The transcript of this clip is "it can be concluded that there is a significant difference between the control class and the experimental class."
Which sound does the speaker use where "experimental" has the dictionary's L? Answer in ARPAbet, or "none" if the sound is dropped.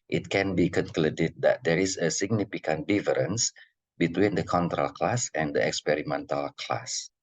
L